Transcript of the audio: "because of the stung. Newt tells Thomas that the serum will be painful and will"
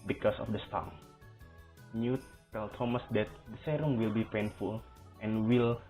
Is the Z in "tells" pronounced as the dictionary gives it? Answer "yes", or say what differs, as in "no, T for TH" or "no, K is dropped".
no, Z is dropped